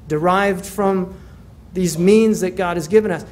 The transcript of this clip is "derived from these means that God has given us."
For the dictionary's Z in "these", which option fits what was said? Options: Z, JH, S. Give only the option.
Z